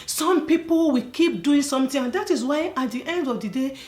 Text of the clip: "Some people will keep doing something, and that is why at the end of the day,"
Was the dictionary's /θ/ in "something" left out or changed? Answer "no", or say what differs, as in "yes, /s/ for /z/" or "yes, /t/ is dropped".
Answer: yes, /t/ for /θ/